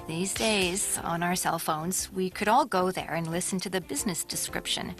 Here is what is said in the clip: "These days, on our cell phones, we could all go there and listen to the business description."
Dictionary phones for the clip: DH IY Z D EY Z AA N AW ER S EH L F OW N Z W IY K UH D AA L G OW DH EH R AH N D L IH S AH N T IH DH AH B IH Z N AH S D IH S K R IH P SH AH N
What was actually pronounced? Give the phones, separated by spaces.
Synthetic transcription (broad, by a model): DH IY Z D EY Z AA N AW ER S EH L F OW N Z W IY K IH D AA L G OW DH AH R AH N L IH S N T IH DH AH B IH Z N AH S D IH S K R IH P SH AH N